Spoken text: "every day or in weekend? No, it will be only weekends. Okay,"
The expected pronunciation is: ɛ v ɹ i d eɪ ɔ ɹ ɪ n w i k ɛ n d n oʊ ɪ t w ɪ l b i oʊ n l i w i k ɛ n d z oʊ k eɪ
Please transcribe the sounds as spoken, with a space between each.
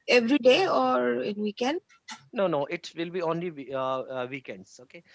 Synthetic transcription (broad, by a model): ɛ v ɹ i d eɪ ɔ ɹ ɪ n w i k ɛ n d n oʊ ɪ t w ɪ l b i oʊ n l i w i k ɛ n d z oʊ k eɪ